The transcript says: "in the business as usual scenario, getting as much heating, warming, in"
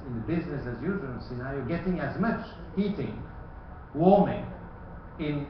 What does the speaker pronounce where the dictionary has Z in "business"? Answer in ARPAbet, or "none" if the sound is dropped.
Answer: Z